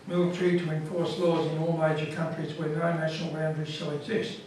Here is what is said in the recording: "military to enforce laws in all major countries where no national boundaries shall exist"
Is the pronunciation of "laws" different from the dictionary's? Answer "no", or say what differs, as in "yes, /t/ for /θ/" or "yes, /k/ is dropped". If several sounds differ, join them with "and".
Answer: no